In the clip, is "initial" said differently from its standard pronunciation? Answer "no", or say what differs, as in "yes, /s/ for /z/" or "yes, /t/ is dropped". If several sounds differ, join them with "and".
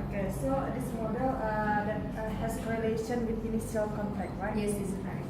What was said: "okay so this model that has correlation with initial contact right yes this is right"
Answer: yes, /s/ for /ʃ/